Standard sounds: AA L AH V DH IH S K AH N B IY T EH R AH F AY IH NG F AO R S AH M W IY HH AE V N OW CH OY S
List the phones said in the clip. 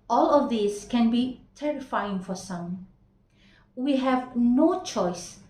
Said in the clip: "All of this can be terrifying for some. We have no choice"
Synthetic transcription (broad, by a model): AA L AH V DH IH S K AH N B IY T EH R AH F AY IH NG F AO R S AH M W IY HH AE V N OW CH OY S